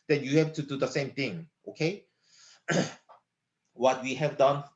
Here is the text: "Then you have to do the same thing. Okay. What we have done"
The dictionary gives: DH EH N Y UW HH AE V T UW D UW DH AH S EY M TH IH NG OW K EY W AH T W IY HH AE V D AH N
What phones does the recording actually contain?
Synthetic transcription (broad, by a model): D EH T Y UW HH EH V T UW D UW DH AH S EY M T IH NG OW K EY W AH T W IY HH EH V D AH N